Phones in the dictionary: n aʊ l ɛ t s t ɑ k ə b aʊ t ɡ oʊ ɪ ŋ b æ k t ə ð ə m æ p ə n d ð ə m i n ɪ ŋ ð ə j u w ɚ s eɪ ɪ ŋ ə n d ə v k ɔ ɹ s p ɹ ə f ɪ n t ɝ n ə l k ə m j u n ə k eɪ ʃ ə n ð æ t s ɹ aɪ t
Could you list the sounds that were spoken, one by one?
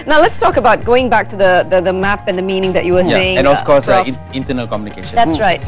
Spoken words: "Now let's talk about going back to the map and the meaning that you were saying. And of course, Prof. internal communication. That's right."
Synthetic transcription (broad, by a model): n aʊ l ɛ t s t ɑ k ə b aʊ t ɡ oʊ ɪ ŋ b æ k t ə ð ə m æ p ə n ð ə m i n ɪ ŋ ð ə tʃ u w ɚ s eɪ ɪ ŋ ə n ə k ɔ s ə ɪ n t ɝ n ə l k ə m j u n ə k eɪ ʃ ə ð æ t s ɹ aɪ t